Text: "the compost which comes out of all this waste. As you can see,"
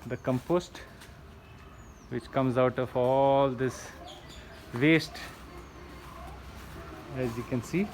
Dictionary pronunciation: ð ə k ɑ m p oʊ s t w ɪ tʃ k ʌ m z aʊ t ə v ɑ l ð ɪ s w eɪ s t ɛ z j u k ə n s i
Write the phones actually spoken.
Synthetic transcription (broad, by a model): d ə k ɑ m p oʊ s t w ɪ tʃ k ʌ m z aʊ t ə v ɑ l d ɪ s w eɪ s t ɛ z j u k ə n s i